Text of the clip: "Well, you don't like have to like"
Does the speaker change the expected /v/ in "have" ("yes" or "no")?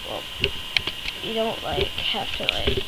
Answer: yes